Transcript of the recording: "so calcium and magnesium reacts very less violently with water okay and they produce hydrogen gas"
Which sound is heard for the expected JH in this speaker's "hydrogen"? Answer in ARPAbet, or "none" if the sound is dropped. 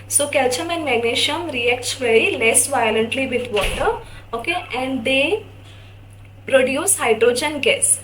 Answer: JH